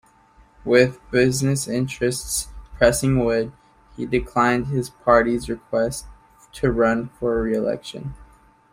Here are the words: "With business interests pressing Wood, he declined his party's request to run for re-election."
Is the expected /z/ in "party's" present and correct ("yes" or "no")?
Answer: yes